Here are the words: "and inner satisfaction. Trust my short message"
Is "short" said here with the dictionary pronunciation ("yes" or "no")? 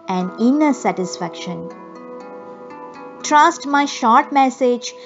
yes